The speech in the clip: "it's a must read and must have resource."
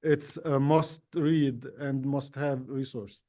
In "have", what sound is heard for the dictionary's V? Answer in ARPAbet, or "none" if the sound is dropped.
V